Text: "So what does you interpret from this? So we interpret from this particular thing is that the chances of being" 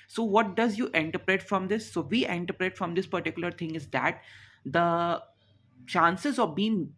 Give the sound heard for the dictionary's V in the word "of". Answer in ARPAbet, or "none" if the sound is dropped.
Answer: V